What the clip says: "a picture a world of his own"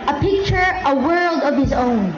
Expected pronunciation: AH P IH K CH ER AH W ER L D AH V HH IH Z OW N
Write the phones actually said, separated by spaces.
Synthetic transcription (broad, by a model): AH P IH K CH ER AH W ER L D AH V HH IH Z OW N